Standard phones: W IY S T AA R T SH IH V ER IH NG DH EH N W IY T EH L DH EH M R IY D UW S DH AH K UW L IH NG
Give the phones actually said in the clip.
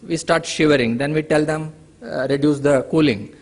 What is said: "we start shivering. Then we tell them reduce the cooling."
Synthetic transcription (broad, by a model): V IY S T AA R T SH IH V ER IH NG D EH N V IY T EH L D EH M R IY D UW S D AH K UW L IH NG